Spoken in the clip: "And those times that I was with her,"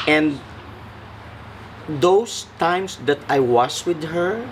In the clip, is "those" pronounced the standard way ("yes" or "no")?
no